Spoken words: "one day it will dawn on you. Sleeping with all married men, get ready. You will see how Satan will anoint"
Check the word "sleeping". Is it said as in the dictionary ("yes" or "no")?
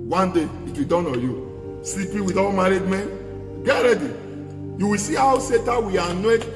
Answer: no